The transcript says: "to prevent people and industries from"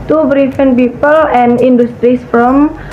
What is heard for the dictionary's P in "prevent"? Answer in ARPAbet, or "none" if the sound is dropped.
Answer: B